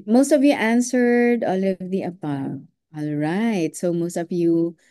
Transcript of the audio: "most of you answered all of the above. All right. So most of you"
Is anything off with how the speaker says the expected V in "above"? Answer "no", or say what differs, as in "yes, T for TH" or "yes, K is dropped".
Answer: yes, V is dropped